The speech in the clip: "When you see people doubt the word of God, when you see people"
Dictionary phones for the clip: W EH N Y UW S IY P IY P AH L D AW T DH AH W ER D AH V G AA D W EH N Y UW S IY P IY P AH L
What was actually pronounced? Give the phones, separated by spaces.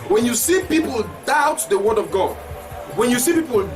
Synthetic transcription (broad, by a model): W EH N Y UW S IY P IY P AH L D AW T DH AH W ER D AH V G AA D W EH N Y UW S IY P IY P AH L